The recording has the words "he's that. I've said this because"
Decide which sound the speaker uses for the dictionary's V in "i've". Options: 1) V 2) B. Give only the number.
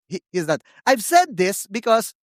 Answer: 1